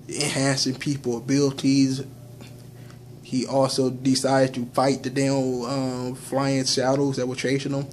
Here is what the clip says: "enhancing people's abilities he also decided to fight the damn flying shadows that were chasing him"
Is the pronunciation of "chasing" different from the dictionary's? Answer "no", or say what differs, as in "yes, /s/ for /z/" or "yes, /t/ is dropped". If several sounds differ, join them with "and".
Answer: yes, /ʃ/ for /s/